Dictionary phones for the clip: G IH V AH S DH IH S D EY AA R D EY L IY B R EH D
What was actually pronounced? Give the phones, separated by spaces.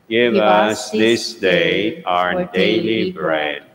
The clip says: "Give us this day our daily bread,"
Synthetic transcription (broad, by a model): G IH V AH S DH IH S D EY AA R D EY L IY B R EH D